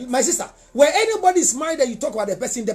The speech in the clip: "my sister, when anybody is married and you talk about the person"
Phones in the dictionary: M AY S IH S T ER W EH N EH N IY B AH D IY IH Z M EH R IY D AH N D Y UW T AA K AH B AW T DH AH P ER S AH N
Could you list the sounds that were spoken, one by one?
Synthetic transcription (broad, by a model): M AY S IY S T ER W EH EH N IY B AH D IY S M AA IY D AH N Y UW T AA K AH B AW T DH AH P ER S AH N